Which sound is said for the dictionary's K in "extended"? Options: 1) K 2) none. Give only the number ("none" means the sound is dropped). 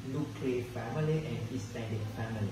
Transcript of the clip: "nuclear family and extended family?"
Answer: 2